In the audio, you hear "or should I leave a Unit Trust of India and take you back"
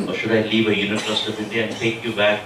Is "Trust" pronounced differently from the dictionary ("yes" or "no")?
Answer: yes